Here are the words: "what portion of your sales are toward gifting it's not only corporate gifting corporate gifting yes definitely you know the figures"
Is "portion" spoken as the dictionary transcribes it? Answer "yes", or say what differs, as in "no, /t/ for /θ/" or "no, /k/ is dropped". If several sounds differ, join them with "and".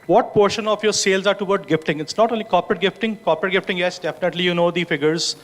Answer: yes